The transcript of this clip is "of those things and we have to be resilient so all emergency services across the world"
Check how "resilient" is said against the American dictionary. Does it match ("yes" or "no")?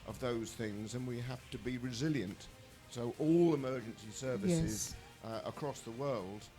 yes